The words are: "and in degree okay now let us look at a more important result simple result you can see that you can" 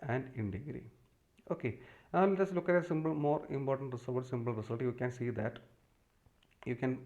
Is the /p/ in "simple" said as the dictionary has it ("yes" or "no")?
no